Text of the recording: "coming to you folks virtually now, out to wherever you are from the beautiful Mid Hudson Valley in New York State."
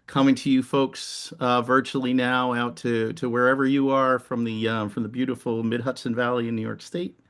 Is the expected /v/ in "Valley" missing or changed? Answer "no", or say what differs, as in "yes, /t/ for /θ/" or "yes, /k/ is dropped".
no